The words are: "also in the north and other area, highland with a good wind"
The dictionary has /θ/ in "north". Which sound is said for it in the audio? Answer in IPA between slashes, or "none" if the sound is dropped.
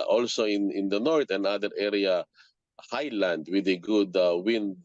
/t/